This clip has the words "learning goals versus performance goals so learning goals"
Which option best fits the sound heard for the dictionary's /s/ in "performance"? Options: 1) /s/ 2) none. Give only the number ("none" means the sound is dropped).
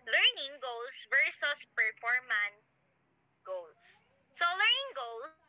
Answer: 2